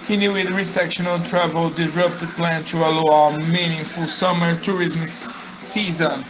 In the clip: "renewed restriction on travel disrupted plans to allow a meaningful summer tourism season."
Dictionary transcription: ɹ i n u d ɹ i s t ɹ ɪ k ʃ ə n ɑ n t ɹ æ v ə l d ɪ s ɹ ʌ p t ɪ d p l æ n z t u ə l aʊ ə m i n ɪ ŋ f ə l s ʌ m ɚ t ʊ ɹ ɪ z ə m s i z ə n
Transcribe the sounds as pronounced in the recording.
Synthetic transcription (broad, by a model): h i n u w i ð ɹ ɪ k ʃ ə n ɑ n t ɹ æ v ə l d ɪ ɹ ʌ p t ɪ p l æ n t u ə l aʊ ə m i n ɪ ŋ f ə l s ʌ m ɚ t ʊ ɹ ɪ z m s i z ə n